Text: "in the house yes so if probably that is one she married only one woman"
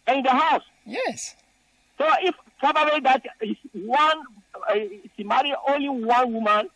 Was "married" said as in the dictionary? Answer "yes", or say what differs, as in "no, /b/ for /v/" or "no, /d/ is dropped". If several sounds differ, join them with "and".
no, /d/ is dropped